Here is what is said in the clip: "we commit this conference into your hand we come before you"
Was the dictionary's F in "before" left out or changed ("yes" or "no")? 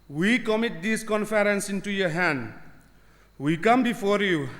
no